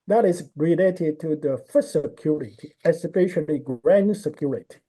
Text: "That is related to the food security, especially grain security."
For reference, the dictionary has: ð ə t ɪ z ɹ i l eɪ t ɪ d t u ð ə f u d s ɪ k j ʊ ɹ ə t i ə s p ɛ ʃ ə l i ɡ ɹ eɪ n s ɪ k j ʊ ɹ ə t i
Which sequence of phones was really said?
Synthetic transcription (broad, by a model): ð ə t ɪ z ɹ i l eɪ t ɪ d t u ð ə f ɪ s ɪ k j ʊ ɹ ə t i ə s f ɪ ʃ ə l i ɡ ɹ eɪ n s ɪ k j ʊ ɹ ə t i